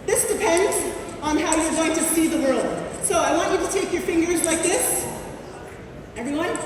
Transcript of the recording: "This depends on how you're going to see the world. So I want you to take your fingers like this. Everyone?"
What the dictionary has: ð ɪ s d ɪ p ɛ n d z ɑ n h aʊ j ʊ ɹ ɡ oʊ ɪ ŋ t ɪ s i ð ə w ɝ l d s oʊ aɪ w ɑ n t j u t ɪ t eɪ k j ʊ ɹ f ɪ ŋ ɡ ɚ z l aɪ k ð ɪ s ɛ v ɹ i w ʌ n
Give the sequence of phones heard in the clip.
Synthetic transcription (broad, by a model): ð ɪ s d ɪ p ɛ n d z n h aʊ j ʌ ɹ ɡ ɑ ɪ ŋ t ɪ s i ð ə w ɝ l d s oʊ aɪ w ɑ n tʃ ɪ t ɪ t eɪ k j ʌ ɹ f ɪ ŋ ɡ ɚ z l aɪ k ð ɪ s ɛ v ɹ i w ʌ n